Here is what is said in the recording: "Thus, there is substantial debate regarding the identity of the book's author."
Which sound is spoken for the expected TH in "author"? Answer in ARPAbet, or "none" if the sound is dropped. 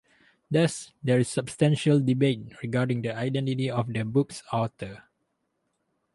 T